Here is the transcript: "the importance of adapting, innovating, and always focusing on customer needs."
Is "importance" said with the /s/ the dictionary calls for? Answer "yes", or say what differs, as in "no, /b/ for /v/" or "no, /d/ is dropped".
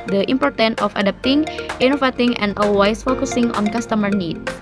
no, /s/ is dropped